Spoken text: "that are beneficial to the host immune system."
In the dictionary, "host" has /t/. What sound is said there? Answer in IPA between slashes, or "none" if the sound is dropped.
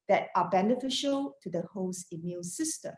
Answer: none